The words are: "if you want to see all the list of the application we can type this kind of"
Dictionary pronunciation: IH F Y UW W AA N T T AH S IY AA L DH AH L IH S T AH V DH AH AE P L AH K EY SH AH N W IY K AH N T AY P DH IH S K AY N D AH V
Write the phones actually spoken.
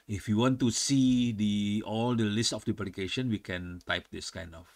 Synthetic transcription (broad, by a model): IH F Y UW W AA N T S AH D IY AA L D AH L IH S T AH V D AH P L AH K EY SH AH N W IY K AH N T AY P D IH S K AY N D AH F